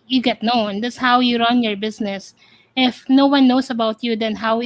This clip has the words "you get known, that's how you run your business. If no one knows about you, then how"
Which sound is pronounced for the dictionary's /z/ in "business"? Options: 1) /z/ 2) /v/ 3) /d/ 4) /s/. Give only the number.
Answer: 4